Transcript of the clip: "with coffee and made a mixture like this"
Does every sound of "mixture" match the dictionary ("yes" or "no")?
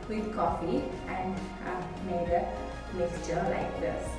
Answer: no